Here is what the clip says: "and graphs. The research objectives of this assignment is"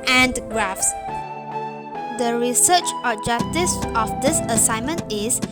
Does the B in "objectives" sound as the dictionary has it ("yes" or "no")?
no